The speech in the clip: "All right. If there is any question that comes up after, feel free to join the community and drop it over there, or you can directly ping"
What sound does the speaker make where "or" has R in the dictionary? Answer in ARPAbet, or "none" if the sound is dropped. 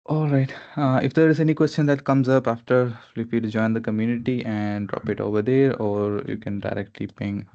R